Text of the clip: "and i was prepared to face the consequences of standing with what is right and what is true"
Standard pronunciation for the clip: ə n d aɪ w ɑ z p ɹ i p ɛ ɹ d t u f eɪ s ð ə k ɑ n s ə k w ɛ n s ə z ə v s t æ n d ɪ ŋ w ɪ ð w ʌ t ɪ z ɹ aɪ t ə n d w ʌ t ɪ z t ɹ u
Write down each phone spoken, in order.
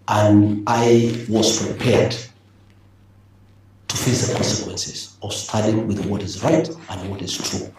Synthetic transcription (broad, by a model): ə n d aɪ w ɑ z p ɹ i p ɛ ɹ d t u f eɪ s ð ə k ɑ n s ə k w ɛ n s ə z ə v s t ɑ d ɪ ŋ w ɪ ð w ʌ t ɪ z ɹ aɪ t ə n d w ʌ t ɪ z t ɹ u